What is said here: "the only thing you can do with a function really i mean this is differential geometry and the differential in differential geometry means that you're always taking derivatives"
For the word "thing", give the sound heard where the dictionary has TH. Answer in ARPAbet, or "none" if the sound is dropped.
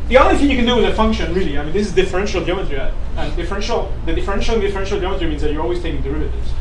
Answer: TH